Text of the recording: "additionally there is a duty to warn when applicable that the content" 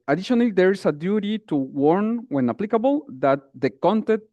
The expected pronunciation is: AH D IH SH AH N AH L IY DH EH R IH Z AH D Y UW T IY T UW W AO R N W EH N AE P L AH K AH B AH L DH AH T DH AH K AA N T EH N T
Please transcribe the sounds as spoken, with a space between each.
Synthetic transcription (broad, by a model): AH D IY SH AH N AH L IY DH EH R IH S AH D Y UW T IY T UW W AO R N W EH N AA P L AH K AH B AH L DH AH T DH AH K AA N T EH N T